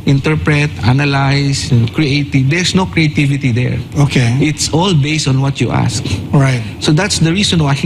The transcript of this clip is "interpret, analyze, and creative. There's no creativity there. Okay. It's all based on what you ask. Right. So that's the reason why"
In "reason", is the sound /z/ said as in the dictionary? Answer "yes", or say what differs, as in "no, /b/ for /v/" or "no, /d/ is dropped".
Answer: no, /s/ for /z/